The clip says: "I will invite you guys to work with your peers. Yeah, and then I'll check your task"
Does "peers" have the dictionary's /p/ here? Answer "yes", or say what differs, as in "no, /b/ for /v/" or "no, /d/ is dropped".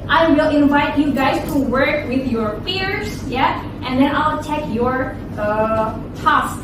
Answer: no, /f/ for /p/